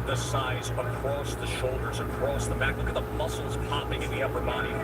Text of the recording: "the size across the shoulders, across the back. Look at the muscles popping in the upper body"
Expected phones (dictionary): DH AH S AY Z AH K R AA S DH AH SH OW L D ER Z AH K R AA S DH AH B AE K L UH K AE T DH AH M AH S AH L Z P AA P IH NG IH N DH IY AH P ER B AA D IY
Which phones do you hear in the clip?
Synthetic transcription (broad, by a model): DH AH S AY Z AH K R AA S DH AH SH OW L D ER Z AH K R AA S DH AH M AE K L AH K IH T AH M AH S L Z P AA P IH NG IH N DH IY AH P ER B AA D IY